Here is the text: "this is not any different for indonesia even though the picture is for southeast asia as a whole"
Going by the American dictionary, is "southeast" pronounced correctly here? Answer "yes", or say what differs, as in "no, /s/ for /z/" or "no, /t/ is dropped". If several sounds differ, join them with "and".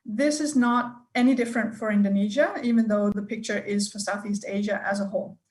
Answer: yes